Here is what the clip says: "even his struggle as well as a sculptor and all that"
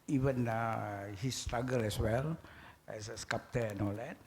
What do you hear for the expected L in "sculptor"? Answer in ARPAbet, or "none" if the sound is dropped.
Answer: none